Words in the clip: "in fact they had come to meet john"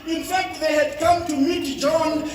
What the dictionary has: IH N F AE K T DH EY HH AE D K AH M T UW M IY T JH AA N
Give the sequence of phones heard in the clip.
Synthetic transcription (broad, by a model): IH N F AE K T DH EY HH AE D K AH M T UW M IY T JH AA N